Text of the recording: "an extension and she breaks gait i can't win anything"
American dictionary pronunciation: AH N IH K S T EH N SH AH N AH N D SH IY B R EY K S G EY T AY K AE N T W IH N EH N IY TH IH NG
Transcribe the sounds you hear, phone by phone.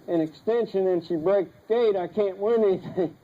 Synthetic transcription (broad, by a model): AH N IH K S T EH N SH AH N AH N SH IY B R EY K G EY T AY K AE N T W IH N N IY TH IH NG